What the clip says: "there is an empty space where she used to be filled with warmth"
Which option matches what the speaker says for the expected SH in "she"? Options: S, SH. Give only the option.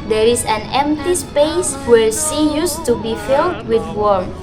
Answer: S